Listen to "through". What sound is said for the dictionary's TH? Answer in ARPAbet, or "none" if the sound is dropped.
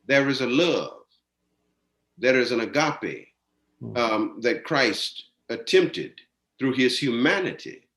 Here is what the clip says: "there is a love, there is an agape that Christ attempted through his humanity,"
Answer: TH